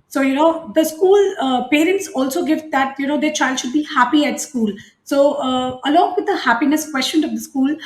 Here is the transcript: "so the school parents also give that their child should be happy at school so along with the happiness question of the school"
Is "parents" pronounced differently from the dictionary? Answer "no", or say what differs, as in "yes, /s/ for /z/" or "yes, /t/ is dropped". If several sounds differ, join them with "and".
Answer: no